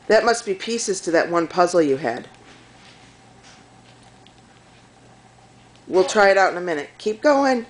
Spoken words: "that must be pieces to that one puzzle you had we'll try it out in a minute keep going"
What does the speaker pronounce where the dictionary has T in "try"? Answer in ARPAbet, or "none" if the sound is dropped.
T